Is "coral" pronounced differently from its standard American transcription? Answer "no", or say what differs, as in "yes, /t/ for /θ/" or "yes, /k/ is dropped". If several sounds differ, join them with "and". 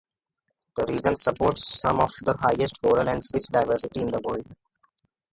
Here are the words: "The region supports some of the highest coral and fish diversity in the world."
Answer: yes, /n/ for /l/